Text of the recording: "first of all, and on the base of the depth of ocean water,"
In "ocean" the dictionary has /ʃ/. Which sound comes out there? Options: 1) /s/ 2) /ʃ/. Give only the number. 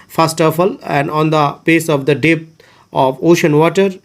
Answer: 2